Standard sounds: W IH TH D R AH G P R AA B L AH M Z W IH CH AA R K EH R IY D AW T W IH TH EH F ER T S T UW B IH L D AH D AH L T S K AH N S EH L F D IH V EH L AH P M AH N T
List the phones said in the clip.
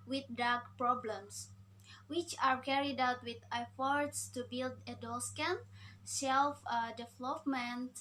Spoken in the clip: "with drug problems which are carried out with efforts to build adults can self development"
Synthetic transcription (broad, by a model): W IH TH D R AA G P R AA B L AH M S W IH CH AA R K EH R IY D AW T W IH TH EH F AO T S T UW B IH L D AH D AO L S K AH N S EH L F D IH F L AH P M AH N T